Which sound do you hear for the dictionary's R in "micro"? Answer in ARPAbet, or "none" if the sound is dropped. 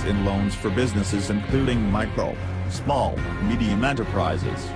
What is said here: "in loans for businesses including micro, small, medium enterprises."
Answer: none